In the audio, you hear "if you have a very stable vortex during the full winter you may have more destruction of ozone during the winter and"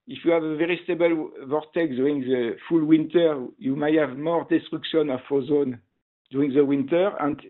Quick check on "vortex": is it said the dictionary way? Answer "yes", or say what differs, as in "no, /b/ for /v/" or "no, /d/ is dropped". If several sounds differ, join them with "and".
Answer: no, /s/ is dropped